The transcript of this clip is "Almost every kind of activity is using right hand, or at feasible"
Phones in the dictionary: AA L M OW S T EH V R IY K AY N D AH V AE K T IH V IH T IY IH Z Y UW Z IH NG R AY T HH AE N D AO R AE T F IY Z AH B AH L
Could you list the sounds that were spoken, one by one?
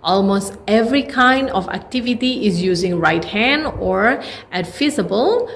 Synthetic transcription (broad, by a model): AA L M OW S T EH V R IY K AY N D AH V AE K T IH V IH T IY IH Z Y UW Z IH NG R AY T HH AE N D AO R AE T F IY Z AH B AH L